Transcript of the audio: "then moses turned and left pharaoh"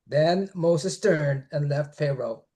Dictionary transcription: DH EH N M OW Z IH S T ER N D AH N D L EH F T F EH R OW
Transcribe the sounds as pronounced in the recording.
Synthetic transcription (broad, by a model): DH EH N M OW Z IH S T ER N D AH N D L EH F T F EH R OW